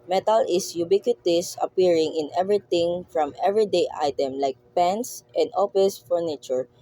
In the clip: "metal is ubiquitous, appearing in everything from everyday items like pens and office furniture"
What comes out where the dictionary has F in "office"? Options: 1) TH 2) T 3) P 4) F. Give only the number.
3